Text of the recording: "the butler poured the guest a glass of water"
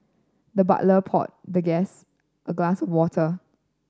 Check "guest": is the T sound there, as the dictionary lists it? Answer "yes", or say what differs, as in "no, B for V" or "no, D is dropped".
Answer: yes